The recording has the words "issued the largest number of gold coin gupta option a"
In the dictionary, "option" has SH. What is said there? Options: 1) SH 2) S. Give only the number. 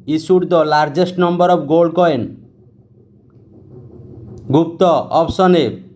2